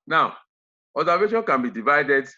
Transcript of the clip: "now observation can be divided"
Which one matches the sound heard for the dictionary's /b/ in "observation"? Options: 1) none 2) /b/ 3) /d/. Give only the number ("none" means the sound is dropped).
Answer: 1